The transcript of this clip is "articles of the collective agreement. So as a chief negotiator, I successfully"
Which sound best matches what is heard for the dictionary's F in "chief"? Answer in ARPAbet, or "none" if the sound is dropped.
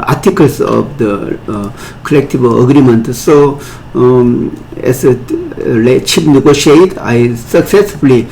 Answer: P